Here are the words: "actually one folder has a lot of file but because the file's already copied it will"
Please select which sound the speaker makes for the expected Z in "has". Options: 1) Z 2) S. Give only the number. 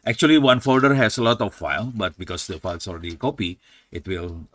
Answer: 2